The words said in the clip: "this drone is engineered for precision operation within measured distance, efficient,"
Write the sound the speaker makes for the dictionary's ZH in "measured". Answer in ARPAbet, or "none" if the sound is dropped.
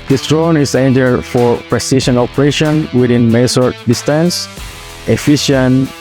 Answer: S